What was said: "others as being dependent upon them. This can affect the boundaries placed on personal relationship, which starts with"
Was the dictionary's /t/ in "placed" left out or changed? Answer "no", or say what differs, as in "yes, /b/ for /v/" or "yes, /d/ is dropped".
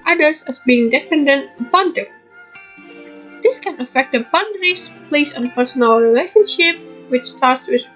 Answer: yes, /t/ is dropped